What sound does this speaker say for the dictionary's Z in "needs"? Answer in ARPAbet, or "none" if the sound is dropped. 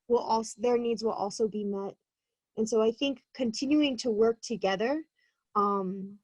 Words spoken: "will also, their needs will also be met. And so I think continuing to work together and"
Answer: Z